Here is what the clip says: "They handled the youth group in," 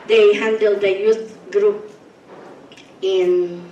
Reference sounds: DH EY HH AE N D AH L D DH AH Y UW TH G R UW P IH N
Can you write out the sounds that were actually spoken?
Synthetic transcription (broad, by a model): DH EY HH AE N D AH L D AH Y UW T G R UW P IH N